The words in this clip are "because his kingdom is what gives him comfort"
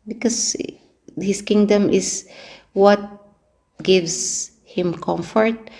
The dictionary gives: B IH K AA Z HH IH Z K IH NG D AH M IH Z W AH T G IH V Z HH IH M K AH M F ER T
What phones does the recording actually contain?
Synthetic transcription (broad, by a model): B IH K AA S HH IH S K IH NG D AH M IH S W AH T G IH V S HH IH M K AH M F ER T